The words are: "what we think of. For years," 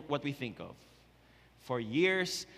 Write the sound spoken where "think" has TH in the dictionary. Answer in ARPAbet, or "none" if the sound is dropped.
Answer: TH